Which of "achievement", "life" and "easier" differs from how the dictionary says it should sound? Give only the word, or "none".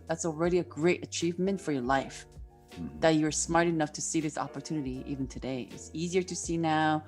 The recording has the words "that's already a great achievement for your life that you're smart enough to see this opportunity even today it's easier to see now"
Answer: none